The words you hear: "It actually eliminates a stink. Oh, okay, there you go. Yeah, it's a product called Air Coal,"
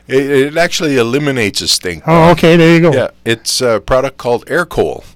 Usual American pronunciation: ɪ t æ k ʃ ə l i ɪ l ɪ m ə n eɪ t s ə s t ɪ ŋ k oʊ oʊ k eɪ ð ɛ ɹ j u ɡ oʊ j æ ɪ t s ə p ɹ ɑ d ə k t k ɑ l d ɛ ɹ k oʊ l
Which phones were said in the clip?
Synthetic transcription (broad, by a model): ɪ t æ k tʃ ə l i ɪ l ɪ m ə n eɪ t s ə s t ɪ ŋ oʊ oʊ k eɪ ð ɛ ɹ j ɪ ɡ oʊ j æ ɪ t s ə p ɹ ɑ d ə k k ɑ l d ɛ ɹ k oʊ l